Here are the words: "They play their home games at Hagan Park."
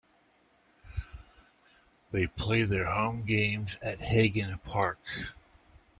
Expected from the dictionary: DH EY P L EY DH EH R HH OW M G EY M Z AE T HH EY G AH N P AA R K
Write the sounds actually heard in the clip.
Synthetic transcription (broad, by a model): DH EY P L EY DH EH R HH OW M G EY M Z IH T HH EY G AH N P AA R K